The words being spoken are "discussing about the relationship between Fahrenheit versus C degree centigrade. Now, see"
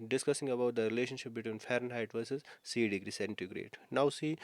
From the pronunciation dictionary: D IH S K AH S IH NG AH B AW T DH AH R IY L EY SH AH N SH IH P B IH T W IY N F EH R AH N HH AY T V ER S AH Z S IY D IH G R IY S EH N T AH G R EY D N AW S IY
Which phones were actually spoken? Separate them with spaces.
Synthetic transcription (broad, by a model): D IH S K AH S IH NG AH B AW T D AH R IY L EY SH AH N SH IH P B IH T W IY N F EH R AH N HH AY T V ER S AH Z S IY D IH G R IY S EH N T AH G R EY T N AW S IY